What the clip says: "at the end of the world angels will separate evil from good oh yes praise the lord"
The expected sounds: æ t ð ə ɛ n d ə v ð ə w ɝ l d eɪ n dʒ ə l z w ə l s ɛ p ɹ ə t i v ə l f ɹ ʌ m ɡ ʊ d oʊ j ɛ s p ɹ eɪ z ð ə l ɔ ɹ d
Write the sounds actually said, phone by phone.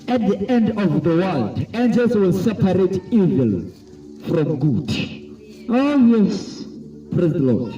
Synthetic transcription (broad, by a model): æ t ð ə ɛ n d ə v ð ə w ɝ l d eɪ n dʒ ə l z w ə l s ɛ p ɹ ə t i v ə l f ɹ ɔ m ɡ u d oʊ j ɛ s p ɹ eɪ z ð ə l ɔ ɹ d